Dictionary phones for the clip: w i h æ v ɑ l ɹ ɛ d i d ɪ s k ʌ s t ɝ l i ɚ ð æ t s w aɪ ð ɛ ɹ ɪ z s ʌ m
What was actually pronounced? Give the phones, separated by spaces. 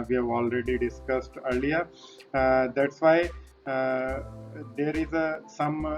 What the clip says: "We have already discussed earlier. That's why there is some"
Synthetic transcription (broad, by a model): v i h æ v ɑ l ɹ ɛ d i d ɪ s k ʌ s t ɝ l i ɚ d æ t s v aɪ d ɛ ɹ ɪ z s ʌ m